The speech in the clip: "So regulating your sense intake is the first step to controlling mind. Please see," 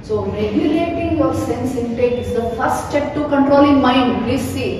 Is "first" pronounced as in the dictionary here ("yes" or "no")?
no